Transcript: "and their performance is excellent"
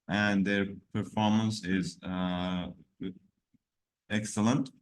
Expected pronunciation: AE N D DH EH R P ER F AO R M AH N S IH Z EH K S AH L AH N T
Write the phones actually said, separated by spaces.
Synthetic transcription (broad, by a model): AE N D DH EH R P ER F AO R M AH N S IH Z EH K S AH L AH N T